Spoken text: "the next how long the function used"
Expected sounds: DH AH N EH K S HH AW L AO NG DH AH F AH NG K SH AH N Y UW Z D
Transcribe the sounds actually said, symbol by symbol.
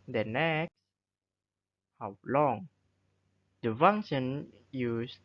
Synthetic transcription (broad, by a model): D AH N EH K S HH AW L AO NG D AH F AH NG SH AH N Y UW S